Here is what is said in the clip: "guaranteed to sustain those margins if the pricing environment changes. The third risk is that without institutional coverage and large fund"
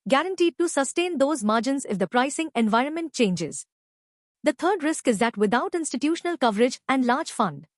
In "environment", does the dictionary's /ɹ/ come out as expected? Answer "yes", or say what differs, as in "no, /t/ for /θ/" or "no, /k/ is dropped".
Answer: yes